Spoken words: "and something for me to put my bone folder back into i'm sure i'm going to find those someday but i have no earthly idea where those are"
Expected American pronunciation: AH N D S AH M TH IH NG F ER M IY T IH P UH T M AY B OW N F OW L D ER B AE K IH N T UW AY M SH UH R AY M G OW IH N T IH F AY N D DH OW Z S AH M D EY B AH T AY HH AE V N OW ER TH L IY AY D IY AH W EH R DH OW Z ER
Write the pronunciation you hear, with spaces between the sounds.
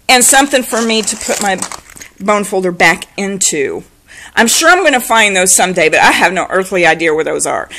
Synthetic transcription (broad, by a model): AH N S AH M TH IH NG F ER M IY T IH P UH T M AY B OW N F OW L D ER B AE K IH N T UW AY M SH UH R AY M G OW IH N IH F AY N DH OW Z S AH M D EY B AH T AY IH V N OW ER TH L IY AY D IY AH W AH R DH OW Z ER